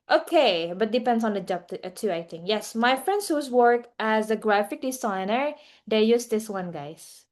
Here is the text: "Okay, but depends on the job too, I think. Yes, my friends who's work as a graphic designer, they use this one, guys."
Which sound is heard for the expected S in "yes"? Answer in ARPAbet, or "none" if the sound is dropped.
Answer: S